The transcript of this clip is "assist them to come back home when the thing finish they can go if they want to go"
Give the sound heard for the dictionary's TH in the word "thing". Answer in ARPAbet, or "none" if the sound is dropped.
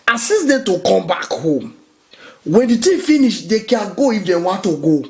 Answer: T